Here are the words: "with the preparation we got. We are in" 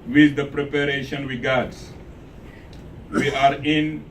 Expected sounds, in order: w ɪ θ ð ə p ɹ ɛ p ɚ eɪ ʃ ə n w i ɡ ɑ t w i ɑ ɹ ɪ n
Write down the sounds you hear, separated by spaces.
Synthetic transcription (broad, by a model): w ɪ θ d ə p ɹ ɛ p ɚ eɪ ʃ ə n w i ɡ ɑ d w i ɑ ɹ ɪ n